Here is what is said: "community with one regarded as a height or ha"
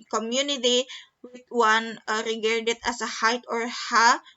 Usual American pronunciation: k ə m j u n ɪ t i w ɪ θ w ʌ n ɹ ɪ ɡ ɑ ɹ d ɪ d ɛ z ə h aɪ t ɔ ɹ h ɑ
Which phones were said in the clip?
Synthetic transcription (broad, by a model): k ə m j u n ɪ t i w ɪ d w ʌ n ɹ ɪ ɡ ɑ ɹ d ɪ d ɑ s ə h aɪ t ɔ ɹ h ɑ